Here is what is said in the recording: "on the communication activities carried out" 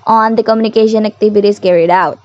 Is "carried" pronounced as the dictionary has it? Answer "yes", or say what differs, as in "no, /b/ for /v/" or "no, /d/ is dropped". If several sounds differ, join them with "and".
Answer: yes